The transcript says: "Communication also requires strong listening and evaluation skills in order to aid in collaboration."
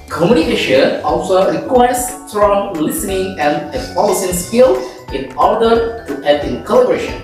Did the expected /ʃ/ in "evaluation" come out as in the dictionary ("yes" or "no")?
no